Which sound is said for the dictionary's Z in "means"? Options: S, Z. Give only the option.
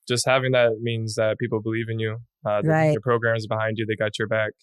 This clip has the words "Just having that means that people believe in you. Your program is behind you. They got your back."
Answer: Z